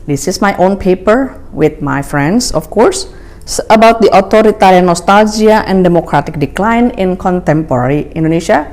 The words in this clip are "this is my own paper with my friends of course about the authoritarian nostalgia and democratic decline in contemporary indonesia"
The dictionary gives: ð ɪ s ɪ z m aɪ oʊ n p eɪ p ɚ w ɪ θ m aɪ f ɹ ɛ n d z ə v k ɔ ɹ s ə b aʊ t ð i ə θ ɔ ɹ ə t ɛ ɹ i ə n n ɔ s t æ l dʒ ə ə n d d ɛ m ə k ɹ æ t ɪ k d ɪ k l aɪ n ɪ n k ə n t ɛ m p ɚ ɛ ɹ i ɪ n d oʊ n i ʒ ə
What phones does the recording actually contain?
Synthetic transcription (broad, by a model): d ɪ s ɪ s m aɪ oʊ n p eɪ p ɚ w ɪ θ m aɪ f ɹ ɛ n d s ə f k ɔ ɹ s ə b aʊ t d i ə t ɔ ɹ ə t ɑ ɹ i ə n n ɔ s t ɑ l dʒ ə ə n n d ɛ m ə k ɹ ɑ t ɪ k d ɪ k l aɪ n ɪ n k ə n t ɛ m p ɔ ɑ ɹ i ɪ n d oʊ n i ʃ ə